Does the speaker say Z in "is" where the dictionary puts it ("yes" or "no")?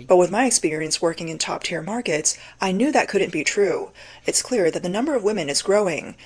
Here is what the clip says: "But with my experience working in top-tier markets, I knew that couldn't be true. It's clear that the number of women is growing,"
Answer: yes